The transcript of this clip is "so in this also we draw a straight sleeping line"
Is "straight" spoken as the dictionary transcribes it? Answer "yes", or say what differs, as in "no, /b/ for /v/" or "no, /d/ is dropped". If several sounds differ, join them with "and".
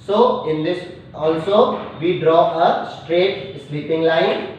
yes